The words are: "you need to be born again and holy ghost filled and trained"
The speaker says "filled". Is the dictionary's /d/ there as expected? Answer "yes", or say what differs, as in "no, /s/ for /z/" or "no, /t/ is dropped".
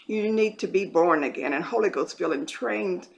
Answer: no, /d/ is dropped